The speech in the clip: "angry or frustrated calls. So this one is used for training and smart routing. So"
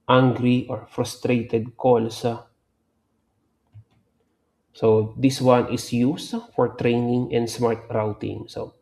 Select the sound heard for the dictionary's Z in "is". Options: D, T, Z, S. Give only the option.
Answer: S